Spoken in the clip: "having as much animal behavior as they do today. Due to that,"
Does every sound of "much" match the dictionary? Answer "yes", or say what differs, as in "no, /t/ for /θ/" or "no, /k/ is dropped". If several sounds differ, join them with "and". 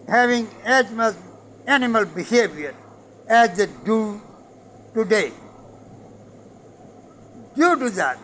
no, /s/ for /tʃ/